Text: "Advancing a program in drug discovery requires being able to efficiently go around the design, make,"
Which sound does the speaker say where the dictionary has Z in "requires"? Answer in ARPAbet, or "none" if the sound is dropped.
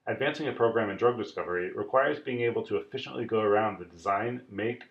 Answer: Z